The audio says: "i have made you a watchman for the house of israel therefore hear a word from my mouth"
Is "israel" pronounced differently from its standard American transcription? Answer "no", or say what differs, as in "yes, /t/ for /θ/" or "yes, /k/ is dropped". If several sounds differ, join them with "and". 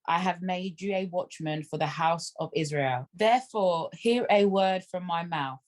no